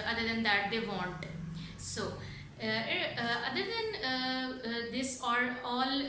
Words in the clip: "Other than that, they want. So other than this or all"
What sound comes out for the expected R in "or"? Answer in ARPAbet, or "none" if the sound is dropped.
L